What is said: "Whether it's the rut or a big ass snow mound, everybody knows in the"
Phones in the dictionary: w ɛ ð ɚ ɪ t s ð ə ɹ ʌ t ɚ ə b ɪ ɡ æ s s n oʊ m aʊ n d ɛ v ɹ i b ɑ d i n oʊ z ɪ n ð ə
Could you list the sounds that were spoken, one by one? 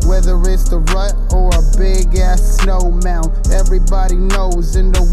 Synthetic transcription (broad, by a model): w ɛ ð ɚ ɪ t s ð ə ɹ ʌ t ɚ ə b ɪ ɡ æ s s n oʊ m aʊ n ɛ v ɹ i b ɑ d i n oʊ z ɪ n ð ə